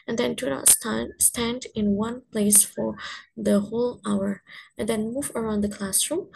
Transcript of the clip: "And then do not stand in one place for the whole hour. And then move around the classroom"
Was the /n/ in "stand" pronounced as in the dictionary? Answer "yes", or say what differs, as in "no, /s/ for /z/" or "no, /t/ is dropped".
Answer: yes